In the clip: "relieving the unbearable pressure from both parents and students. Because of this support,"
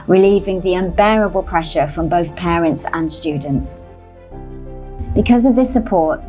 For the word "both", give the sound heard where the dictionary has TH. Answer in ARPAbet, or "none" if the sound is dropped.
TH